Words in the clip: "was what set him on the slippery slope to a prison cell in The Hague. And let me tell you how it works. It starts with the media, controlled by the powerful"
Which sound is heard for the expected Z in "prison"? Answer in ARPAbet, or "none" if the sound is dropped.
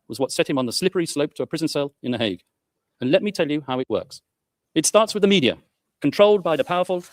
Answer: Z